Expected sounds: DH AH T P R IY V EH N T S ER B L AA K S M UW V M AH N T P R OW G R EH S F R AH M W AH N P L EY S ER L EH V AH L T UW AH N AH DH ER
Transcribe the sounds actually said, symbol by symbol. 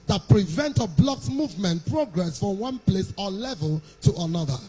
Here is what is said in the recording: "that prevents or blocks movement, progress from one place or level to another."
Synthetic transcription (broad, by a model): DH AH T P R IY V EH N T ER B L AA K S M UW V M AH N T P R OW G R EH S F R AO M W AH N P L EY S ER L EH V AH L T UW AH N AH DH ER